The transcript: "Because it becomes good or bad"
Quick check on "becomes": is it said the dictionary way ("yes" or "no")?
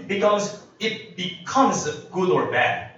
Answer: yes